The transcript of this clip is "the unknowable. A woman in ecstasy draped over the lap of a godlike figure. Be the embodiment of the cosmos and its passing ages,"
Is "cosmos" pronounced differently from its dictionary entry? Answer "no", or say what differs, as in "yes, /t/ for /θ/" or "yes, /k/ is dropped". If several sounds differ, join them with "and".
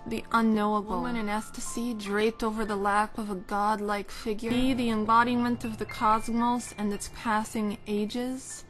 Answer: no